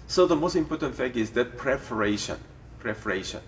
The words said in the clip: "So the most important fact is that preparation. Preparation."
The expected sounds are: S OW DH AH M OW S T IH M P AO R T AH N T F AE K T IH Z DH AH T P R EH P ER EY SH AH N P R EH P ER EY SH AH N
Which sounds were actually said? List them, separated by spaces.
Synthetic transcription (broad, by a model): S OW DH AH M OW S T IH M P AO R T AH N T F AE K IH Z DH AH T P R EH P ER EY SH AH N P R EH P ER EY SH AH N